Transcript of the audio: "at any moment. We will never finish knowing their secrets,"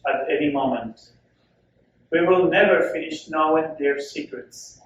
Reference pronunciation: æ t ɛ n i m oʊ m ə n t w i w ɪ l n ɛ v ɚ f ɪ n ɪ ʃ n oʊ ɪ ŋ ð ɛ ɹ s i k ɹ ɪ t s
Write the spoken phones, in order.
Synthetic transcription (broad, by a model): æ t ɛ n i m oʊ m ə n t w i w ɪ l n ɛ v ɚ f ɪ n ɪ ʃ n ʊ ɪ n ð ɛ ɹ s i k ɹ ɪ t s